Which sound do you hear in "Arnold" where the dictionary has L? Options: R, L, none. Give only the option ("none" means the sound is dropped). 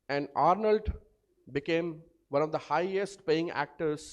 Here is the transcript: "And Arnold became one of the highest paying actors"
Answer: L